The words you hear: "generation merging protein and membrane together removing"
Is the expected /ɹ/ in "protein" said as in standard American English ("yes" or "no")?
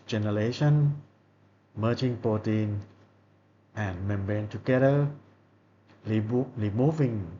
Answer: no